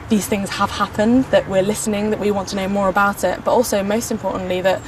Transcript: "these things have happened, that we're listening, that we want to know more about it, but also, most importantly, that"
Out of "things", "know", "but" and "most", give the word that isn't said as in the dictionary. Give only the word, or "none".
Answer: none